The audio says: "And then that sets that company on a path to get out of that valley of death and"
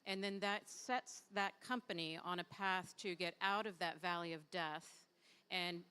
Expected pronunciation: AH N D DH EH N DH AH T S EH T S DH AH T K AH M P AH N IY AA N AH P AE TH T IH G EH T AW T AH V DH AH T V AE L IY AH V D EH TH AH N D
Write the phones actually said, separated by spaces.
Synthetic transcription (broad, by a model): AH N DH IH N DH AH T S EH T S DH AH T K AH M P AH N IY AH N AH P AE TH T IH G EH T AW T AH V DH AH T V AE L IY AH V D EH TH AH N